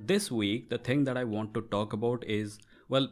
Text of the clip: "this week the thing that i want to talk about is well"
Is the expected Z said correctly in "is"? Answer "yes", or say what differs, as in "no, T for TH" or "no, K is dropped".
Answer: yes